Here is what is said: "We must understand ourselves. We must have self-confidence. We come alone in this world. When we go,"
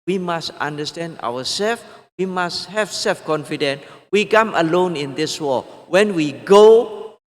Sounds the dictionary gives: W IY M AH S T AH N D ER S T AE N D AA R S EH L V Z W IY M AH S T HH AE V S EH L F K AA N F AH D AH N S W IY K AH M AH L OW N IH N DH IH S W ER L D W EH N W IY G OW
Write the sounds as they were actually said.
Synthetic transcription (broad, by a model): W IY M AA S T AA N D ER S T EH N D AA W S EH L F W IY M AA S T HH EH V S EH L F K AA N F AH D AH N W IY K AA M AH L OW N IH N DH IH S W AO W EH N W IY G OW